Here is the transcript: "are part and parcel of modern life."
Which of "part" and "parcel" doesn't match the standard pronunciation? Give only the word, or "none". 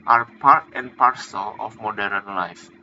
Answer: none